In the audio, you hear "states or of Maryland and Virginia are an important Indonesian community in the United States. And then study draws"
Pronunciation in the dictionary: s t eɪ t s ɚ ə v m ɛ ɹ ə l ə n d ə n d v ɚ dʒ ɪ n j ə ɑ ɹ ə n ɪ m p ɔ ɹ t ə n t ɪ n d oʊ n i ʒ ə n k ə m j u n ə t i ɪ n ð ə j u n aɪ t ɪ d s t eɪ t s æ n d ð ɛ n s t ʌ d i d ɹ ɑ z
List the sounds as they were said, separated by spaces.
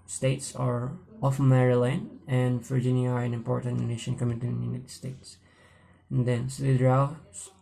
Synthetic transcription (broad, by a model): s t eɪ t s ɚ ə f m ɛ ɹ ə l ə n ə n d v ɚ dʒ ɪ n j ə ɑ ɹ ə n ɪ m p ɔ ɹ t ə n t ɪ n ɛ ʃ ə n k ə m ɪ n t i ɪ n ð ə j u n aɪ t ɪ d s t eɪ t s n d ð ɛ n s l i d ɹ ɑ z